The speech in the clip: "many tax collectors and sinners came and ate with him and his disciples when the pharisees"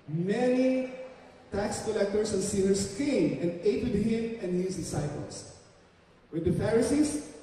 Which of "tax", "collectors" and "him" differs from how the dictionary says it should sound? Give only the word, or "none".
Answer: collectors